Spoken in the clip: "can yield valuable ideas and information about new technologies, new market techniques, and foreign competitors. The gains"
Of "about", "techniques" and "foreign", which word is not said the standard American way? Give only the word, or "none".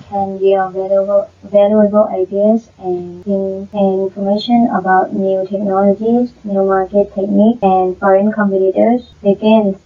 techniques